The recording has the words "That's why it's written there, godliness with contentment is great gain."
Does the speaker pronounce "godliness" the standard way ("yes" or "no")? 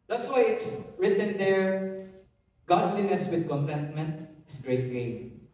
yes